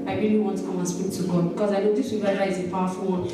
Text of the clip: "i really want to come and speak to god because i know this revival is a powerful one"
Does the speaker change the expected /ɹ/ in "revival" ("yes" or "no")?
yes